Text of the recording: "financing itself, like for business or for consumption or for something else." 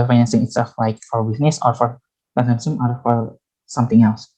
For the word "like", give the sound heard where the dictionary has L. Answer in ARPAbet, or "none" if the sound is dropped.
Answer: L